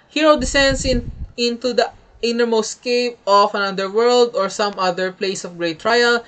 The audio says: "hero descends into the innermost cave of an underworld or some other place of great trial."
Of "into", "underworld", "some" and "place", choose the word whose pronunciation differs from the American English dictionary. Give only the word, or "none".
underworld